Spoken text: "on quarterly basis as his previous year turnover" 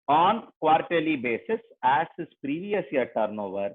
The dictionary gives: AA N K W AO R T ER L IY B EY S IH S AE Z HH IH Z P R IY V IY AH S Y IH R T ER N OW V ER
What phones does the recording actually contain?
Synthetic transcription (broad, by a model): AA N K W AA R T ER L IY B EY S IH S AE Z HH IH S P R IY V IY AH S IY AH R T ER N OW V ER